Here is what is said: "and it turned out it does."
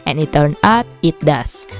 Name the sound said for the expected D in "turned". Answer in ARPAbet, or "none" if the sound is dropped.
none